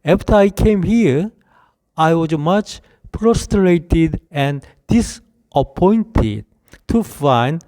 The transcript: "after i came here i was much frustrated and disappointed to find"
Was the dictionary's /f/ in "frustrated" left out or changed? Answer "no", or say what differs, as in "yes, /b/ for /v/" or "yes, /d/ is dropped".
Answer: yes, /p/ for /f/